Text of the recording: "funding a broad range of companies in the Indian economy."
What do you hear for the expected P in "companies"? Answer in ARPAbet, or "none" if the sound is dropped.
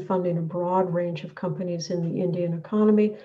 P